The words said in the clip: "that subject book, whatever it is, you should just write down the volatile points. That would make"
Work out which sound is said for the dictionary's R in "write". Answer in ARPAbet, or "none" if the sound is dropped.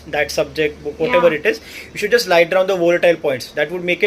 L